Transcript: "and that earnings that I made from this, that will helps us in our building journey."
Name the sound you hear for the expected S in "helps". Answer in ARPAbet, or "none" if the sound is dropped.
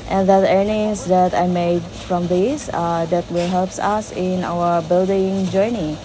S